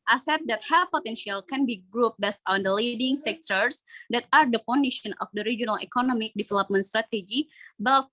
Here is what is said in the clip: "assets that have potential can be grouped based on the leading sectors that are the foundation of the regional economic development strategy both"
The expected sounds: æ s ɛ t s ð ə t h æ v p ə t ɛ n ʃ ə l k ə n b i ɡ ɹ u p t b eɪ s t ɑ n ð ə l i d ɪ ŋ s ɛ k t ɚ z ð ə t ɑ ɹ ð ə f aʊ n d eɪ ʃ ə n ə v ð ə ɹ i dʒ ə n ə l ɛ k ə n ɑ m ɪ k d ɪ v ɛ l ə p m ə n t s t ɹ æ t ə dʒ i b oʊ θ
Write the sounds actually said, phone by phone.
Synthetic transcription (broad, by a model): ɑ s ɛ t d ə t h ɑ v p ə t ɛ n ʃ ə l k ə n b i ɡ ɹ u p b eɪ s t ɑ n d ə l i d ɪ ŋ s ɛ k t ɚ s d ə t ɑ ɹ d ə p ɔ n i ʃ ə n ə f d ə ɹ i dʒ ə n ə l ɛ k ə n ɑ m ɪ k d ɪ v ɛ l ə p m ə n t s t ɹ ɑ t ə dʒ i b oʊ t